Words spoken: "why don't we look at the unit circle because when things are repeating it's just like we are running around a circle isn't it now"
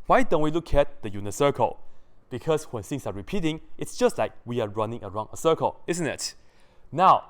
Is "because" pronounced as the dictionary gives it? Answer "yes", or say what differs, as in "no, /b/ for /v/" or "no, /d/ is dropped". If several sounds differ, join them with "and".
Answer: no, /s/ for /z/